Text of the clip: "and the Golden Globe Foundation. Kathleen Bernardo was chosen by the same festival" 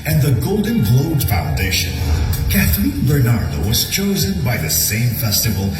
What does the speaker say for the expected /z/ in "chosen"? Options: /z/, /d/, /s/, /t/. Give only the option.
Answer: /z/